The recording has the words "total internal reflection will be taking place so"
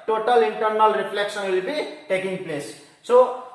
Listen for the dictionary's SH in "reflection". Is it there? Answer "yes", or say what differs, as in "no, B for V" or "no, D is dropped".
no, S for SH